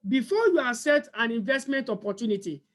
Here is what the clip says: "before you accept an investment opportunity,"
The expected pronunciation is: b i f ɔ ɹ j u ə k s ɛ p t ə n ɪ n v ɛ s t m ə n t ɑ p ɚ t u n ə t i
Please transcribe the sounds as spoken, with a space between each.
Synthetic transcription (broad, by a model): b i f ɔ j u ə s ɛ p t ə n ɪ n v ɛ s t m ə n t ɑ p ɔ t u n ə t i